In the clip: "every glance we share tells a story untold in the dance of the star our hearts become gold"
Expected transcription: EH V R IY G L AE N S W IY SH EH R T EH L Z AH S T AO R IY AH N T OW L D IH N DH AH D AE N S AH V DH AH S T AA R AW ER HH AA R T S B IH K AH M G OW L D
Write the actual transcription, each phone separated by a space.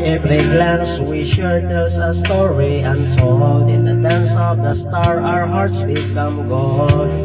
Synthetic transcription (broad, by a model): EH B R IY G L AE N S W IY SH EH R T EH L S AH S T AO R IY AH N S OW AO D IH N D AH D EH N S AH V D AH S T AA R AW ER HH AA R T S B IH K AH M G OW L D